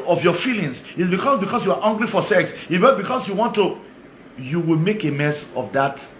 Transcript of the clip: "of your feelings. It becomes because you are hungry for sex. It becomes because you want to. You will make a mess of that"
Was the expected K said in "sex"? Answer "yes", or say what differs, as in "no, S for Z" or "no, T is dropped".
yes